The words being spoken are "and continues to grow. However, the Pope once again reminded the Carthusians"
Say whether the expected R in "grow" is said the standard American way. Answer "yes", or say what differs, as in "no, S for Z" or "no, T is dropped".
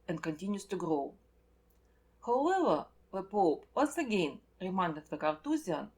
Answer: yes